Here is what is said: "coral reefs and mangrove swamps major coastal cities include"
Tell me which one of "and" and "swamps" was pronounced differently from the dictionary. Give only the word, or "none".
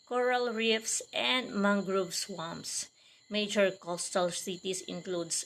swamps